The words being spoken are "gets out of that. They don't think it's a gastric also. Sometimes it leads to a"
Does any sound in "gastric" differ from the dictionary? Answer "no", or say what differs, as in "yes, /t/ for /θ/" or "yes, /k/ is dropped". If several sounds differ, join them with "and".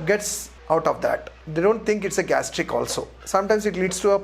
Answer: no